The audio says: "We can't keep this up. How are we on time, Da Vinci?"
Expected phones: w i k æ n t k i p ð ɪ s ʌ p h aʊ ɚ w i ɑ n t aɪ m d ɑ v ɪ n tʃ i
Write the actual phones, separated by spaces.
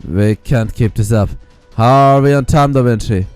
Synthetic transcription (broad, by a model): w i k æ n t k i p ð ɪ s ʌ f h aʊ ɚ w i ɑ n t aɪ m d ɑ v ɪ n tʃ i